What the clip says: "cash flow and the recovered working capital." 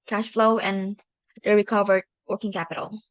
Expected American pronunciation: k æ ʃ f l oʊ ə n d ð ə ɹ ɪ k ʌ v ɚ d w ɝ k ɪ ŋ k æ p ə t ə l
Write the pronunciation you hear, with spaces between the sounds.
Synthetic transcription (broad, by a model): k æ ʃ f l oʊ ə n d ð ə ɹ ɪ k ʌ v ɚ d w ɝ k ɪ ŋ k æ p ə t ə l